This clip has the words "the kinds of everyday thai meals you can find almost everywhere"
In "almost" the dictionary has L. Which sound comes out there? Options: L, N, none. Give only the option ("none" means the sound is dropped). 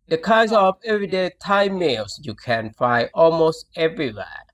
L